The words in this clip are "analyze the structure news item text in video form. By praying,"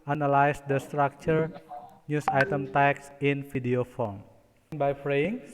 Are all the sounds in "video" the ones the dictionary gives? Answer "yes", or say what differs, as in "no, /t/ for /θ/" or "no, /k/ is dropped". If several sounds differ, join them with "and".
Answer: no, /f/ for /v/